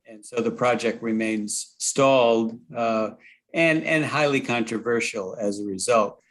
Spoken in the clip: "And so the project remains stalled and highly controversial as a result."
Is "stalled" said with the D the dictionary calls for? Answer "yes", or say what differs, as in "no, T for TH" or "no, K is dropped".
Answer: yes